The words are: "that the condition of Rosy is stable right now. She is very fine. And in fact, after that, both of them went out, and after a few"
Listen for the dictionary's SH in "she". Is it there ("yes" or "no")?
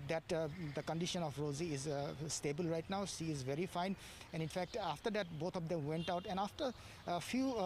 no